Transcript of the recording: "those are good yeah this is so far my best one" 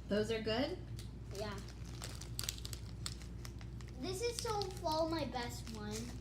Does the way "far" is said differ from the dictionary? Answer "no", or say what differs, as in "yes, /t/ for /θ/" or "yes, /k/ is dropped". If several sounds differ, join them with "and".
yes, /l/ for /ɹ/